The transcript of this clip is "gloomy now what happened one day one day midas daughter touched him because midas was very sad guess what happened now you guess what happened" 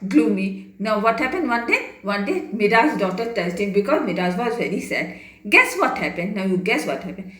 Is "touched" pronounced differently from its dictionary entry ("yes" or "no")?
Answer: yes